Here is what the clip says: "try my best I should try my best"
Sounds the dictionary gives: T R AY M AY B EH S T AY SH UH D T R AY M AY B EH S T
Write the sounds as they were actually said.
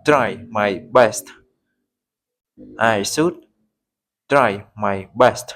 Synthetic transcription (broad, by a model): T R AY M AY B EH S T AY S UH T T R AY M AY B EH S T